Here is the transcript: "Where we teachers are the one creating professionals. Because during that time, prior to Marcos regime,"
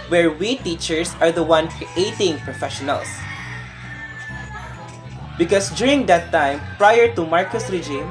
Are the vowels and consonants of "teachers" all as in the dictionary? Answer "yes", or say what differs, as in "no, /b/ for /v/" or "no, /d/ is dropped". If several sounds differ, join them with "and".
no, /s/ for /z/